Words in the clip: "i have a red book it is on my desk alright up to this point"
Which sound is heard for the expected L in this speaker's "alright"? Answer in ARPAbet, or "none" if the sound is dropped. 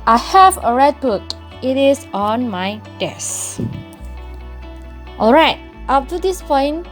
L